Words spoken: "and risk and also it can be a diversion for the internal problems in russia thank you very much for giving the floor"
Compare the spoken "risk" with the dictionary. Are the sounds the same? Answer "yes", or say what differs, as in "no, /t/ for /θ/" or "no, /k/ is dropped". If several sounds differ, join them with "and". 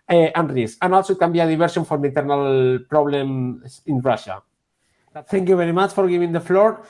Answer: no, /k/ is dropped